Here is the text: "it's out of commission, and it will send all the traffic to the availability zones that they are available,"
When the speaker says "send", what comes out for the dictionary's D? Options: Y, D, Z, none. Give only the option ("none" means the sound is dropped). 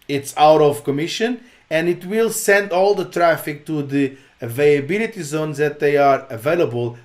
D